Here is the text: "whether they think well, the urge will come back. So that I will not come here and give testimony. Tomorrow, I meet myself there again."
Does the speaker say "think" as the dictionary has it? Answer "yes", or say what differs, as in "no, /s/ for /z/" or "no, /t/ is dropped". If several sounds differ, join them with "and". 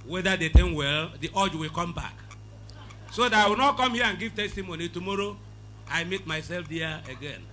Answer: no, /t/ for /θ/